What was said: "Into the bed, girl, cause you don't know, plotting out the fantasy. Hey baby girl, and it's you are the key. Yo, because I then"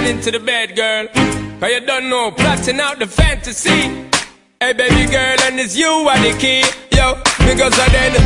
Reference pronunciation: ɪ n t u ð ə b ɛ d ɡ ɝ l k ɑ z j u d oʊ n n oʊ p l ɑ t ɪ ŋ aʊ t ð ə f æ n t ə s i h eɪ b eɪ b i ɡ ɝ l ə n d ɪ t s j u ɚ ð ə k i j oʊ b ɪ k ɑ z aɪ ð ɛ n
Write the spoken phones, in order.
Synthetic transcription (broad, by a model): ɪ n t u ð ə b ɛ d ɡ ɝ l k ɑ j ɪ d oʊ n n oʊ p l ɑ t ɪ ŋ aʊ t ð ə f æ n t ə s i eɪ b eɪ b i ɡ ɝ l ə n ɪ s j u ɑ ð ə k i j oʊ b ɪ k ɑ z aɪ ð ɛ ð